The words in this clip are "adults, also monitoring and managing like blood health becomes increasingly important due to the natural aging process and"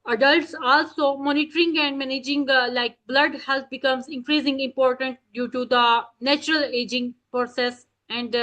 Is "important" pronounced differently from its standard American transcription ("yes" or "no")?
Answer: no